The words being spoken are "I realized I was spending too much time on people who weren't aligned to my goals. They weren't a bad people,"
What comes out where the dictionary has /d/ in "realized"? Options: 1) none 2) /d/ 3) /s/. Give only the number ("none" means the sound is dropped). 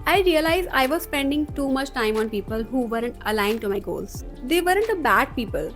1